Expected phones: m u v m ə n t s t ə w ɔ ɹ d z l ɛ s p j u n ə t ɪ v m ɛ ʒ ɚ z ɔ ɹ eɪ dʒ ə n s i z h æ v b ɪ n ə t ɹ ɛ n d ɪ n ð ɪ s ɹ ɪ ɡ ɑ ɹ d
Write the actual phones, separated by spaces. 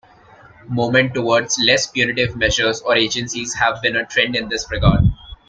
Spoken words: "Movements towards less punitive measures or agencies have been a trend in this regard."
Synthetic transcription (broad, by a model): m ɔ m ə n t t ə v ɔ ɹ d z l ɛ s p j u n ə t ɪ v m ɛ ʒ ɚ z ɔ ɹ eɪ dʒ ə n s i z h æ v b ɪ n ə t ɹ ɛ n d ɪ n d ɪ s ɹ ɪ ɡ ɑ ɹ d